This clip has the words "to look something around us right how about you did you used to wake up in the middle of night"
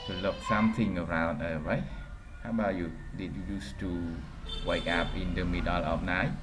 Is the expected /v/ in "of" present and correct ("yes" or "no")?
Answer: no